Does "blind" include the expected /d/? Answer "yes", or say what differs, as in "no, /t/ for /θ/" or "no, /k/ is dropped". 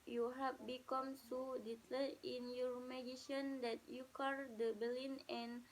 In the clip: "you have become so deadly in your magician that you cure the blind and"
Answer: no, /d/ is dropped